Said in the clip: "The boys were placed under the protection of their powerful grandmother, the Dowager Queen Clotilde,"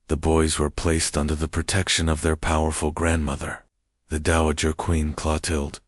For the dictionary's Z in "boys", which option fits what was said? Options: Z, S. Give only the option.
Z